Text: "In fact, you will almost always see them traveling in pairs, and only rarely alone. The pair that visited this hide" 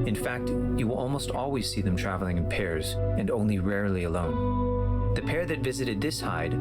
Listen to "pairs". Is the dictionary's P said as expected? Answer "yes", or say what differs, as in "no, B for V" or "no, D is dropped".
yes